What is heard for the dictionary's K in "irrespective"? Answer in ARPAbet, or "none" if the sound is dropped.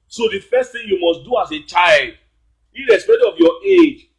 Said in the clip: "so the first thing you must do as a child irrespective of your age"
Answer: none